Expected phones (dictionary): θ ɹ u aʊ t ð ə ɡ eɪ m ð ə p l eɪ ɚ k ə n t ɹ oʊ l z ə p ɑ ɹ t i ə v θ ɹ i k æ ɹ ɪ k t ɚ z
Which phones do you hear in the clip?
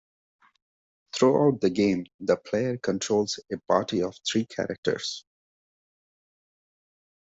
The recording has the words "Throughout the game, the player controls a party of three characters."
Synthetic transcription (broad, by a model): t ɹ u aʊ t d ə ɡ eɪ m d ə p l eɪ ɚ k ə n t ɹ oʊ l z ə p ɑ ɹ t i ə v t ɹ i k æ ɹ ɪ k t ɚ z